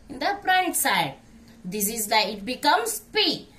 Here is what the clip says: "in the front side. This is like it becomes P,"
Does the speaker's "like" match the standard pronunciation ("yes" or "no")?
no